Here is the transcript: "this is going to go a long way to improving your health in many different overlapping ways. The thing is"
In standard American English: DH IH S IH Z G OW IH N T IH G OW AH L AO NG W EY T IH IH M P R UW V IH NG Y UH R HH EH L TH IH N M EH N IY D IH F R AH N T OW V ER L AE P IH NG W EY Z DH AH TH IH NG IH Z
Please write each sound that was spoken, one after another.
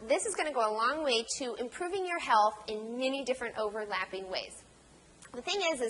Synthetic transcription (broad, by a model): DH IH S IH Z G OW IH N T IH G OW AH L AO NG W EY T IH IH M P R UW V IH NG Y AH R HH EH L TH IH N M EH N IY D IH F R AH N T OW V ER L AE P IH NG W EY Z DH AH TH IH NG IH Z